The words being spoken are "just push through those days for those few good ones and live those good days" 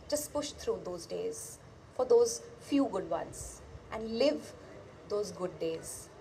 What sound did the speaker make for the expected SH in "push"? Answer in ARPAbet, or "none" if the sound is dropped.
SH